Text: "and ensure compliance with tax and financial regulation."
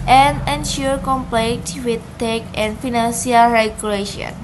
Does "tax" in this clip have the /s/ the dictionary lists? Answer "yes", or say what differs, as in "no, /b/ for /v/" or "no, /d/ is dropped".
no, /s/ is dropped